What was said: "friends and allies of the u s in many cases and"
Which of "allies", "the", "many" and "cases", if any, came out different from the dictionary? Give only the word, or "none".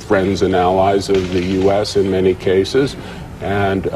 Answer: none